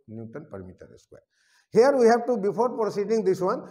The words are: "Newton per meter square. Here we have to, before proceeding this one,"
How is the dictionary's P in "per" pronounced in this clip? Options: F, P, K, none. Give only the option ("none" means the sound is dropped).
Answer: P